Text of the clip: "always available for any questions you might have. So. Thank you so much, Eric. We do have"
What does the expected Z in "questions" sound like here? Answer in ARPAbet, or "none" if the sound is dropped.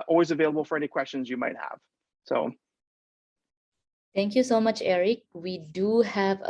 Z